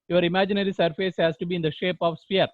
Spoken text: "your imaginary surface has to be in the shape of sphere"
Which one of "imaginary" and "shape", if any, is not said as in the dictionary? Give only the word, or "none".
none